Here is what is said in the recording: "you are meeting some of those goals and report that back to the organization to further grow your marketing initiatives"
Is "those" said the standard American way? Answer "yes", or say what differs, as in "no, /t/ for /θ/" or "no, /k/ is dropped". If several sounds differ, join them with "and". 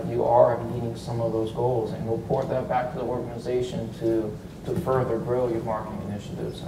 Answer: yes